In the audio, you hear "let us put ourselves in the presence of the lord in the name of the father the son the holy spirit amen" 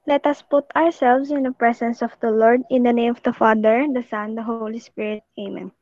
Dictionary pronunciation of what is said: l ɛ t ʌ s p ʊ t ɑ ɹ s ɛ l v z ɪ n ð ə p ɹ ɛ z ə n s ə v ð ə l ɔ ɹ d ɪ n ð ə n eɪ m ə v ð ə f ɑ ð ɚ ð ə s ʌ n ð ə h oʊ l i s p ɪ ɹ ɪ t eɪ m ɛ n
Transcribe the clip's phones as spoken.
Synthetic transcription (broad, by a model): l ɛ t ʌ s p ʊ t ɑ ɹ s ɛ l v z ɪ n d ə p ɹ ɛ s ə n s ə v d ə l ɔ ɹ d ɪ n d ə n eɪ m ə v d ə f ɑ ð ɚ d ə s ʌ n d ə h oʊ l i s p ɪ ɹ ɪ t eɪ m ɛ n